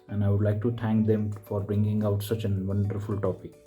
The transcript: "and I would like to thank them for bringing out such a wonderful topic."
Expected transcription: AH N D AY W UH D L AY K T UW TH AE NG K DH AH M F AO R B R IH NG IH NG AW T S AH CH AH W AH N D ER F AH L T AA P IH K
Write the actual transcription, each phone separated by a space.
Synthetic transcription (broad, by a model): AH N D AY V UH D L AY K T UW T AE NG K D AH M F AO R B R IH NG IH NG AW T S AH CH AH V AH N D ER F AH L T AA P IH K